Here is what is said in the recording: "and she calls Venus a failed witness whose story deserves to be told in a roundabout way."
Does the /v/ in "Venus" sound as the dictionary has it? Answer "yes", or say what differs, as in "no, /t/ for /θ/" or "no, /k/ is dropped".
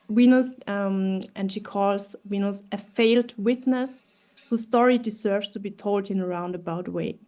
no, /w/ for /v/